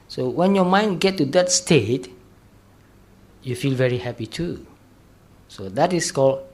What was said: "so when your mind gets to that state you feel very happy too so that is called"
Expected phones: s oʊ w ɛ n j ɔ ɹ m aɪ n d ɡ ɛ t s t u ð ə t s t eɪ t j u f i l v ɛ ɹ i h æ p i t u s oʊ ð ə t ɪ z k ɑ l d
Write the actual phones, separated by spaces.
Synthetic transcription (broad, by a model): s oʊ w ɛ n j ɔ m aɪ n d ɡ ɛ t t u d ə t s t eɪ t j u f i l v ɛ ɹ i h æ p i t u s oʊ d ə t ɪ s k ɑ l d